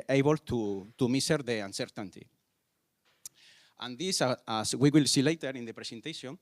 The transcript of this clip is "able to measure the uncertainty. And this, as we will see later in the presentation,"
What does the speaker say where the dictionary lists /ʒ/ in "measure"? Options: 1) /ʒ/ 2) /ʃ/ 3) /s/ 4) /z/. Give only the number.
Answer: 3